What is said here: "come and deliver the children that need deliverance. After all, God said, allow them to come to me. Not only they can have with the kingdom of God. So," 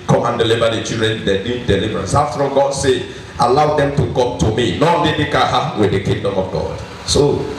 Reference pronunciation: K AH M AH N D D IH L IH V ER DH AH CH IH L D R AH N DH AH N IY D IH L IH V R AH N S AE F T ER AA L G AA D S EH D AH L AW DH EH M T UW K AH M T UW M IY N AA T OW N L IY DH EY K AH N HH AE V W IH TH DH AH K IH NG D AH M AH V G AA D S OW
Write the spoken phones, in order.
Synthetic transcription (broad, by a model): K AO M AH N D D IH L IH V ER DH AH CH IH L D R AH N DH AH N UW D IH L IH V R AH N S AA F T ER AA G AA D S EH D AH L AW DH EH M T UW K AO M T UW M IY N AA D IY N IY K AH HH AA W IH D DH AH K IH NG D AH M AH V G AA D S OW